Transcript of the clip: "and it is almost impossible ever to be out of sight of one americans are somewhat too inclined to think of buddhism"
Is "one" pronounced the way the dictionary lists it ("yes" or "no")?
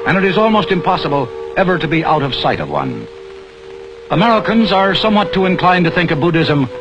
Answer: yes